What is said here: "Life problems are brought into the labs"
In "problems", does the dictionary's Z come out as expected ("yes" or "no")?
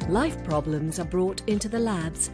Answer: yes